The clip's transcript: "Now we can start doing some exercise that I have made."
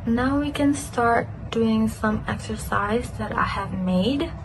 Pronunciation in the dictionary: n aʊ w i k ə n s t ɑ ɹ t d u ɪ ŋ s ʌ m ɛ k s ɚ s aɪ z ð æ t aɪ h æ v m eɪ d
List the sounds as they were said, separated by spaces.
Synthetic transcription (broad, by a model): n aʊ w i k ə n s t ɑ ɹ t d u ɪ ŋ s ʌ m ɛ k s ɚ s aɪ z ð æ t aɪ h æ v m eɪ d